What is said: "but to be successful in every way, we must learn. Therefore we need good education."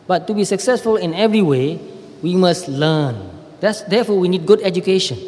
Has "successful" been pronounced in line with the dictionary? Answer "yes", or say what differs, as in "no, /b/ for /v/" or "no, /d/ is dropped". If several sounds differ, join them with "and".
yes